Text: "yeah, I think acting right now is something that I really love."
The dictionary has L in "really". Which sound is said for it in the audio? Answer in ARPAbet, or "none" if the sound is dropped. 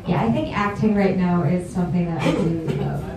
none